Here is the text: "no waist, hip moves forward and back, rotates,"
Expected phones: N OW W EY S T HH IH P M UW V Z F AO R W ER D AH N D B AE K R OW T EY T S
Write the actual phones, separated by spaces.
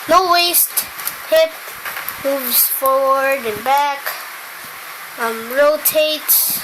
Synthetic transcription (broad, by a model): N OW W EY S T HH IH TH M UW V Z F AO R W ER D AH N B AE K R OW T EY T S